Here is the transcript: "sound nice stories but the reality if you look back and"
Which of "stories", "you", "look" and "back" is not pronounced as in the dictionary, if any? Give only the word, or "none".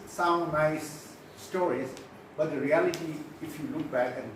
none